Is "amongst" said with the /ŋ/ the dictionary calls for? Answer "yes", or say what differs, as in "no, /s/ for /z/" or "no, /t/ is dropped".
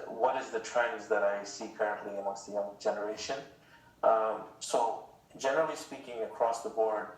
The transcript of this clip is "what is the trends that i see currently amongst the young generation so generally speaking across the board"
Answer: no, /ŋ/ is dropped